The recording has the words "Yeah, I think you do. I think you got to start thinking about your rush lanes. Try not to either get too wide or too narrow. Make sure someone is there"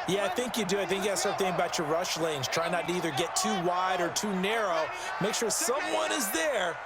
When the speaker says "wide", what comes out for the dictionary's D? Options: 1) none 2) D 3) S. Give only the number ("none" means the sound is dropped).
2